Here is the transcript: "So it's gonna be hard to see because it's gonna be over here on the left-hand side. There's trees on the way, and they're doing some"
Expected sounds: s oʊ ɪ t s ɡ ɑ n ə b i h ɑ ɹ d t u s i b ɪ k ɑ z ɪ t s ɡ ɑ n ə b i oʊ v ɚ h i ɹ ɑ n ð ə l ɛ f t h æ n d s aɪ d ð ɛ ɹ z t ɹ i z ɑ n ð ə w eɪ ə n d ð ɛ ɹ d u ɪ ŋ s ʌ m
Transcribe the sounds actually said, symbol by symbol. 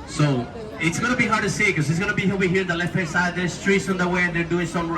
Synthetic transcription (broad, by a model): s oʊ ɪ t s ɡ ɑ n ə b i h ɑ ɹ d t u s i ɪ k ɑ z ɪ t s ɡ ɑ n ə b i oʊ i h i ɹ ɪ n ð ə l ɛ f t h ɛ s aɪ d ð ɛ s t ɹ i s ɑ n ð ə w eɪ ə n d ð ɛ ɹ d u ɪ ŋ s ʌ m